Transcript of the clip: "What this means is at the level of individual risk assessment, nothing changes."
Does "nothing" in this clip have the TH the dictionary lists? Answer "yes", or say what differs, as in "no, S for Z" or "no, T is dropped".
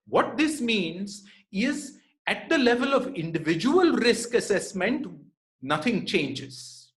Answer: no, T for TH